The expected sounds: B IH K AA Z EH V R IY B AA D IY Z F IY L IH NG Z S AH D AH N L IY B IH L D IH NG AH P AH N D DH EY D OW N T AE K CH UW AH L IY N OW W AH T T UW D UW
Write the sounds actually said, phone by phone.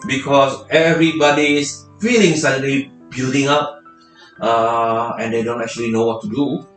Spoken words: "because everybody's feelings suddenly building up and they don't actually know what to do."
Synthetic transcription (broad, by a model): B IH K AA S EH V R IY B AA D IY S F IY L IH NG S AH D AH L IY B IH L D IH NG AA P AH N D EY D OW N T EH K CH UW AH L IY N OW W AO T T UW D UW